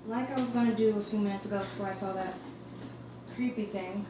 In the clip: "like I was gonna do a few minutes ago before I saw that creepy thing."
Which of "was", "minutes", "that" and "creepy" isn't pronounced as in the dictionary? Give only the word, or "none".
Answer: none